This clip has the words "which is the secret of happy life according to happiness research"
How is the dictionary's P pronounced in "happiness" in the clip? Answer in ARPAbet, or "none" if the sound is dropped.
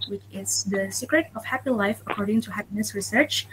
P